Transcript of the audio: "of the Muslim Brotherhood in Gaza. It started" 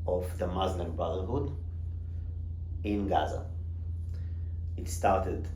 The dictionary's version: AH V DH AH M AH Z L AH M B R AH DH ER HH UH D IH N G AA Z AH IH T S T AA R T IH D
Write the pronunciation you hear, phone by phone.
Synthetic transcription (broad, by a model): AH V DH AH M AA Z N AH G B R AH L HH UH D IH N G AA Z AH IH T S T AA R T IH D